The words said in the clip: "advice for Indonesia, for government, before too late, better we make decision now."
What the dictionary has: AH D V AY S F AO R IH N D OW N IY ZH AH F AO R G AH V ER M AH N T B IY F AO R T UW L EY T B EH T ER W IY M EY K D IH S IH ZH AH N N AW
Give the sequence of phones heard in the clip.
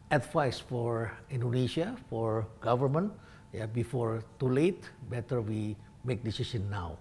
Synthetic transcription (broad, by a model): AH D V AY S F AO R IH N D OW N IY SH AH F AO R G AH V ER M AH N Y B IY F AO R T UW L EY T B EH T ER W IY M EY K D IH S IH SH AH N N AW